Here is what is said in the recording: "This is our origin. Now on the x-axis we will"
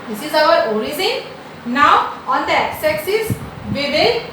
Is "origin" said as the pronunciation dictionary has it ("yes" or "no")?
no